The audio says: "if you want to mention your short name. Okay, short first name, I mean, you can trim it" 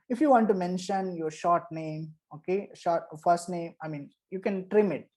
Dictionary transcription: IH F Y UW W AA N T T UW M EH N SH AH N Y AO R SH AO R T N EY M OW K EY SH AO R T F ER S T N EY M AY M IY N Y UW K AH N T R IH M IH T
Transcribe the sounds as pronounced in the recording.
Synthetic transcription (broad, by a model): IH F Y UW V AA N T T UW M EH N SH AH N Y AO R SH AO R T N EY M OW K EY SH AO R T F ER S T N EY M AY M IY N Y UW K AH N T R IH M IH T